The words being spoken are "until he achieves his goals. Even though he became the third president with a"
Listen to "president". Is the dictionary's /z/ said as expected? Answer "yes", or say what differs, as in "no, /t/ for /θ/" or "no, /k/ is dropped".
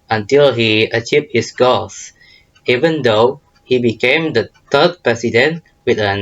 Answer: no, /s/ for /z/